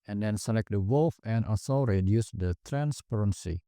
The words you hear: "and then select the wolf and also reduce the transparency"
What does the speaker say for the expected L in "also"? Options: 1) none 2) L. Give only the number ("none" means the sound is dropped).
1